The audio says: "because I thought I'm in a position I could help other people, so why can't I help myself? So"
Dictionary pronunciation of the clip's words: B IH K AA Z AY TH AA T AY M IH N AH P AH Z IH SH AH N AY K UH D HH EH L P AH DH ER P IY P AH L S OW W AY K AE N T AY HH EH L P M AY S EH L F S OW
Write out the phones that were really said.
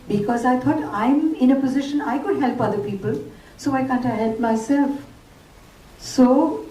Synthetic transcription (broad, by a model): B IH K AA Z AY T AA T AY M IH N AH P AH Z IH SH AH N AY K UH D HH EH L P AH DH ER P IY P AH L S OW AY K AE N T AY HH EH L P M AY S EH L F S OW